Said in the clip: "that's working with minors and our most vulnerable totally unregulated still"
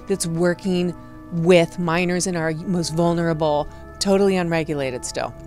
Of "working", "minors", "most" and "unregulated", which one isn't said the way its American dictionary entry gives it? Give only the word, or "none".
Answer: none